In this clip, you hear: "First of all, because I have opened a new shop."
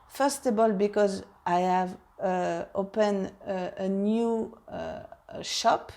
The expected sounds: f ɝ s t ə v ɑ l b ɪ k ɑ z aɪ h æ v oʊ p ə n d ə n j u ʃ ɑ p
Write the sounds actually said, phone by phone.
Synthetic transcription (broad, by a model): f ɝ s t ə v ɑ l b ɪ k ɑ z aɪ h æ v oʊ p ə n ə n j u ʃ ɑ p